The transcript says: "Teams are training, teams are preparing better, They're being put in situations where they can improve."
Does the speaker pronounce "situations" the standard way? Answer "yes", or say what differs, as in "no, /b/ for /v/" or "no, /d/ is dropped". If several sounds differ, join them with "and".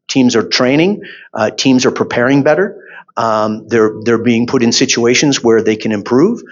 yes